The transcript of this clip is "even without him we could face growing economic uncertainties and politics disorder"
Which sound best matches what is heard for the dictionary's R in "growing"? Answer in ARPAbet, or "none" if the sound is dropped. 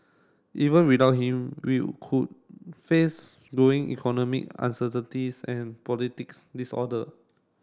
none